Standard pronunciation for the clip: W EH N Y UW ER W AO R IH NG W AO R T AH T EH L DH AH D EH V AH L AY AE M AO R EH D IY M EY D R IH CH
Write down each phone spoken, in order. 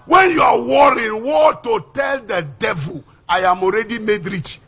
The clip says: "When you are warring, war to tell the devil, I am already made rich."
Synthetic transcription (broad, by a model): W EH N Y UW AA W AO R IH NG W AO T AH T EH L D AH D EH V AH L AY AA M AO R EH D IY M EY D R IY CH